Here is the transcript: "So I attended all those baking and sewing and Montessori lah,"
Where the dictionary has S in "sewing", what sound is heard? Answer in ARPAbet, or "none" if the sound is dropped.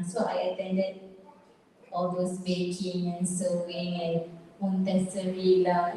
S